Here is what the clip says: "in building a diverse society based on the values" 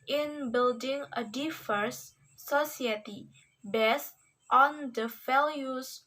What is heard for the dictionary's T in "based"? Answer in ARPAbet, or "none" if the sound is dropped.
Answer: T